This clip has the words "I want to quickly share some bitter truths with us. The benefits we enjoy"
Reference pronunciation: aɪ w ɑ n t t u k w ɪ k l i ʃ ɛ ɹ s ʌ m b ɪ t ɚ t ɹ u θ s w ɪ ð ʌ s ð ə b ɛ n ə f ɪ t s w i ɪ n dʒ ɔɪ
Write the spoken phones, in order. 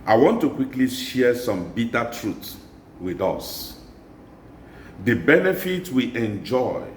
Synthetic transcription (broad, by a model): aɪ w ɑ n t t u k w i k l i ʃ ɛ s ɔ m b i t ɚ t ɹ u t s w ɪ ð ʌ s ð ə b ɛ n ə f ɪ t w i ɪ n dʒ ɔɪ